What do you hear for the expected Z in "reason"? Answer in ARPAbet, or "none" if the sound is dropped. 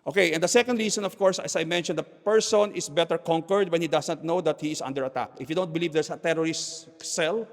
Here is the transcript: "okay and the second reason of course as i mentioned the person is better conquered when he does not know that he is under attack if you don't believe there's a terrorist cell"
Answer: S